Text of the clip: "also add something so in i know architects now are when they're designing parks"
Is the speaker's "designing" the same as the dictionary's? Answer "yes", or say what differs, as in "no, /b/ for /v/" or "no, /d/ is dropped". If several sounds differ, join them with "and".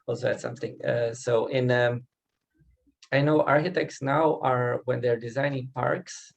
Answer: yes